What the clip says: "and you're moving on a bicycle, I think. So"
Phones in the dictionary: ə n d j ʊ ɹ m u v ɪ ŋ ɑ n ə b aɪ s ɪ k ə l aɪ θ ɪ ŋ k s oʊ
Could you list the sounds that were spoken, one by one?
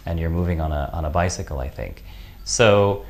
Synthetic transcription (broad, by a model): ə n j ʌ ɹ m u v ɪ ŋ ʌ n ə b aɪ s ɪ k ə l aɪ θ ɪ ŋ k s oʊ